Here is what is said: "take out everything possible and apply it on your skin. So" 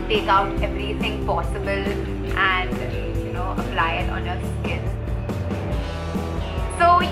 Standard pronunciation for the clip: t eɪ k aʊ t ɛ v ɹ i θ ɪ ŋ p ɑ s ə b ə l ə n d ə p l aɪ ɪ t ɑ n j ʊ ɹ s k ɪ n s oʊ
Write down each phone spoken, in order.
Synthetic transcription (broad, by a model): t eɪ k aʊ t ɛ v ɹ i θ ɪ ŋ p ɑ s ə b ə l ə n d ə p l aɪ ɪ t ɑ n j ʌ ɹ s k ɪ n s oʊ